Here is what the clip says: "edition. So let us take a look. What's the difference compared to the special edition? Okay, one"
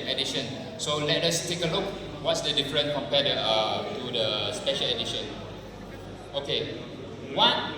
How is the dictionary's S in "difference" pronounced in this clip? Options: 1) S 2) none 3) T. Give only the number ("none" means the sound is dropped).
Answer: 2